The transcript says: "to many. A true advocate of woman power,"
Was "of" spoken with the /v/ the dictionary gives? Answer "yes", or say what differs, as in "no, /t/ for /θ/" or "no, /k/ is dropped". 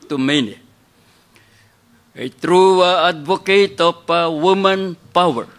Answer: no, /p/ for /v/